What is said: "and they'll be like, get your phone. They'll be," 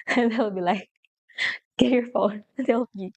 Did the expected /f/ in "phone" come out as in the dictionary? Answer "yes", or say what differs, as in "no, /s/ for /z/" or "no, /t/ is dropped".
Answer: yes